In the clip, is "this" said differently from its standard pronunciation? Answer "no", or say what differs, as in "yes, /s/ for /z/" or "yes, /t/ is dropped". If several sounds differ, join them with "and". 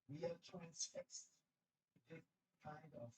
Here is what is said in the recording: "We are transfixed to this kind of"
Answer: yes, /s/ is dropped